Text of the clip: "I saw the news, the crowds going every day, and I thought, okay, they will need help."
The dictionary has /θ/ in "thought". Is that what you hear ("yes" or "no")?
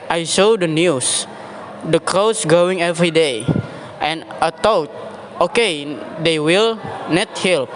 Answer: no